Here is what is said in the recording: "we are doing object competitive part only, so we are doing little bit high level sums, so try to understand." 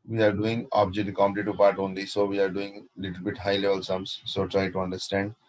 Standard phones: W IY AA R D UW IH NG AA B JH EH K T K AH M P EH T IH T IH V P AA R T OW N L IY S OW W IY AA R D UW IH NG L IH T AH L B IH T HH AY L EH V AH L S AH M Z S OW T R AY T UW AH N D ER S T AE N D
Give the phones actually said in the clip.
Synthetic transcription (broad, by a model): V IY AA R D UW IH NG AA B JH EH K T K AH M IH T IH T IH P AA R T OW N L IY S OW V IY AA R D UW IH NG L IH T AH L B IH T HH AY L EH V AH L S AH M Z S OW T R AY T UW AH N D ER S T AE N D